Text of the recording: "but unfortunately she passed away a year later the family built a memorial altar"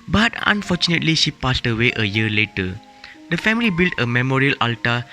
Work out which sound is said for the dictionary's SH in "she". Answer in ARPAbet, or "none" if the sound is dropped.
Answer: SH